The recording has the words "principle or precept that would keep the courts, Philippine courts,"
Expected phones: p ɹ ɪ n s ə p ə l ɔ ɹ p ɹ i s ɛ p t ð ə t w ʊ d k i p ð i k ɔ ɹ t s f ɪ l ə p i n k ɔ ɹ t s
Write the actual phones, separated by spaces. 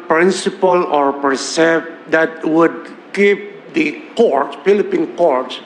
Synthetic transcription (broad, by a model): p ɹ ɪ n s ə p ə l ɔ ɹ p ʌ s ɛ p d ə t w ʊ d k i p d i k ɔ ɹ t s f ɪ l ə p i n k ɔ ɹ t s